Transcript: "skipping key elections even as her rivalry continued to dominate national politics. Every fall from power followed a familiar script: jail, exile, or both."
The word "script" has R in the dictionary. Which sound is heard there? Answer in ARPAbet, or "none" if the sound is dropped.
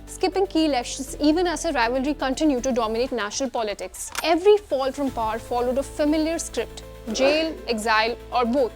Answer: R